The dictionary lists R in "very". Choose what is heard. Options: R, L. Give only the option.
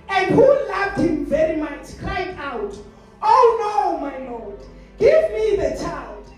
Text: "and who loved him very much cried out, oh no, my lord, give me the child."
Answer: R